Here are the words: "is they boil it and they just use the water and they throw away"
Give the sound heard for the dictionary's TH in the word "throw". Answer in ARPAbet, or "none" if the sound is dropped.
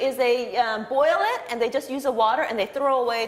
TH